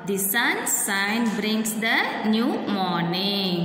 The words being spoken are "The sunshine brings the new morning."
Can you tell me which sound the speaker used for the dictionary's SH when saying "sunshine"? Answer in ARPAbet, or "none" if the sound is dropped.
S